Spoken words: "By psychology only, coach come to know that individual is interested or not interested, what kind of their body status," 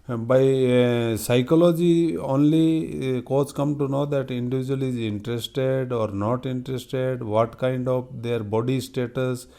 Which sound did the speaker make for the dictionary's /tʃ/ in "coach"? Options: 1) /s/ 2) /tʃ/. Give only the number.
1